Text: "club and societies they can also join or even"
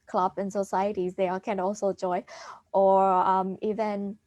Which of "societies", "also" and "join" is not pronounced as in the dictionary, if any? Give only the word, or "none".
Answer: join